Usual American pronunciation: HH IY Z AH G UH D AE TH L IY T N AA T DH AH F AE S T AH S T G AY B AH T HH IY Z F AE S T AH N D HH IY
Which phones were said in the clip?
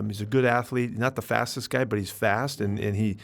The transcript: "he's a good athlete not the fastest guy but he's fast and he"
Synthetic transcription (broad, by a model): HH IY Z AH G UH D AE TH L IY T N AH T DH AH F AE S T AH S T G AY B AH T HH IY Z F AE S T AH N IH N IY